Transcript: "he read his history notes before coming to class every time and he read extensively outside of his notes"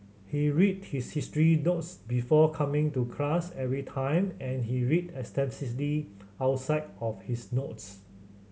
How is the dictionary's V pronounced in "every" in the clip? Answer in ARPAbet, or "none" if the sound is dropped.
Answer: V